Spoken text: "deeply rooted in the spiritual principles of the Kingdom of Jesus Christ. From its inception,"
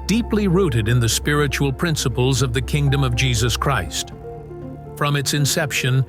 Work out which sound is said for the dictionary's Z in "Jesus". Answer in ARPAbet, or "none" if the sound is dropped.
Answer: Z